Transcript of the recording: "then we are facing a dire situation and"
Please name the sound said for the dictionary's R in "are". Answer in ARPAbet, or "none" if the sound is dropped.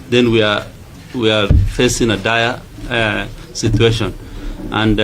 W